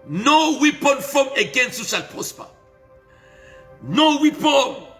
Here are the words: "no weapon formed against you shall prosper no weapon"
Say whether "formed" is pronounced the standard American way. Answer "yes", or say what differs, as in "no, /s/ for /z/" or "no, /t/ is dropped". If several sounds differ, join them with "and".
no, /d/ is dropped